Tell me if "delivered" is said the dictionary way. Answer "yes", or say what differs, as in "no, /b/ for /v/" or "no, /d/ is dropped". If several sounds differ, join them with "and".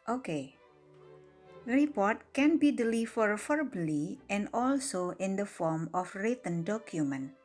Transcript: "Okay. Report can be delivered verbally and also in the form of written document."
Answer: no, /f/ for /v/